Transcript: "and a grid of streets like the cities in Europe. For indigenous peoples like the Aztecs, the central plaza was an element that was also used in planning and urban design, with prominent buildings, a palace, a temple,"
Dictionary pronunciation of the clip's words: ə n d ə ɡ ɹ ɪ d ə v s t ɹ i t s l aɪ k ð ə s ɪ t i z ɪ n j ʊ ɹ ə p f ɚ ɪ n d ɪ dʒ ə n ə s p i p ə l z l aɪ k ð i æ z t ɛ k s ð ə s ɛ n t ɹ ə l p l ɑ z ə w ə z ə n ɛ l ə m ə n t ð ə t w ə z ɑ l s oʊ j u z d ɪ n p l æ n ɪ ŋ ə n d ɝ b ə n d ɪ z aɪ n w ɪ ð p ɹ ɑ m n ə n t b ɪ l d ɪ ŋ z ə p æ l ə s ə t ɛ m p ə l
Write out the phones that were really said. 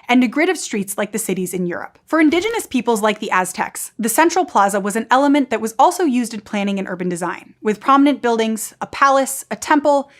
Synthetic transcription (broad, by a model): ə n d ə ɡ ɹ ɪ d ə v s t ɹ i t s l aɪ k ð ə s ɪ t i z ɪ n j ʊ ɹ ə p f ɚ ɪ n d ɪ dʒ ə n ə s p i p l z l aɪ k ð i æ z t ɛ k s ð ə s ɛ n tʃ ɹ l p l ɑ z ə w ə z ə n ɛ l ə m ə n ð ə t w ə z ɑ l s oʊ j u z d ɪ n p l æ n ɪ ŋ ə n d ɝ b ə n d ɪ z aɪ n w ɪ ð p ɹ ɑ m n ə n b ɪ l d ɪ ŋ z ə p æ l ə s ə t ɛ m p l